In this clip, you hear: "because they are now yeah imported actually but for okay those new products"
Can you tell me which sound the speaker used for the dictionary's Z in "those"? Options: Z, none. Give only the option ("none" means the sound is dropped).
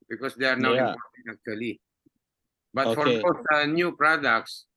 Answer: none